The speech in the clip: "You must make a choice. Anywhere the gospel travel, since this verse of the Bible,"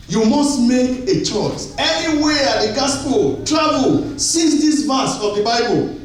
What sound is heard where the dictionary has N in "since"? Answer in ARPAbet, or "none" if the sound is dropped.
none